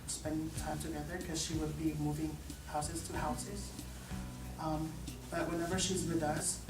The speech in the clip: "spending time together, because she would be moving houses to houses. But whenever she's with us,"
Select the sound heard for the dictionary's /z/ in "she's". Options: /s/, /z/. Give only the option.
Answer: /z/